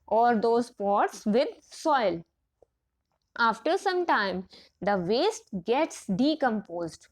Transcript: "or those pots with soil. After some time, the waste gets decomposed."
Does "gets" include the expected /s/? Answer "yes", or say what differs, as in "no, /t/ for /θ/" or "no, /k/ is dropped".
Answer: yes